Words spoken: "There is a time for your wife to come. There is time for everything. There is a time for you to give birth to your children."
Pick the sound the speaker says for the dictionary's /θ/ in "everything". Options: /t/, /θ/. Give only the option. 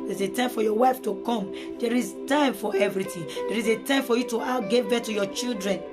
/t/